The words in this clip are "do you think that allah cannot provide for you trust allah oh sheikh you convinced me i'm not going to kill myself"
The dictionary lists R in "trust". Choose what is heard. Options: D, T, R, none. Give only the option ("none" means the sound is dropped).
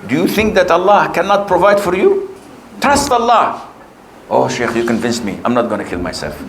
none